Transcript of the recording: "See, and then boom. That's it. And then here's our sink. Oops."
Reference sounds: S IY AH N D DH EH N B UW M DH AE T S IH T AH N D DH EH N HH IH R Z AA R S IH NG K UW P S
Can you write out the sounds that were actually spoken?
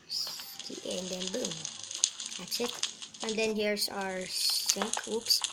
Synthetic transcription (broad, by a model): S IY AH N D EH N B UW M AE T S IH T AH N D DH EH N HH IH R S AA R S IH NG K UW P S